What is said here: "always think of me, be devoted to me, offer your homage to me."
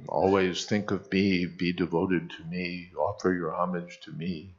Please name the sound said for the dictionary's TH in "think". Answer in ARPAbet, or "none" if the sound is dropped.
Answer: TH